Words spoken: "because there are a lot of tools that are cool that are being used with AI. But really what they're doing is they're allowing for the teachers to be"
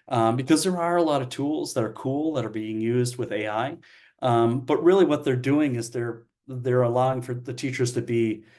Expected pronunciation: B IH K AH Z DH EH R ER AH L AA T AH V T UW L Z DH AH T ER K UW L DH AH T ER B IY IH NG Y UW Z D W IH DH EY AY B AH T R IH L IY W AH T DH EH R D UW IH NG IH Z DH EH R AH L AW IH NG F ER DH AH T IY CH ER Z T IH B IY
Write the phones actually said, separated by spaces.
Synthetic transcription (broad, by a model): B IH K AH Z DH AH R ER AH L AA T AH V T UW L Z DH AH T ER K UW L DH AH T ER B IY IH NG Y UW Z D W IH DH EY AY B AH T R IH L IY W AH T DH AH R D UW IH NG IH Z DH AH R AH L AW IH NG F ER DH AH T IY CH ER Z T IH B IY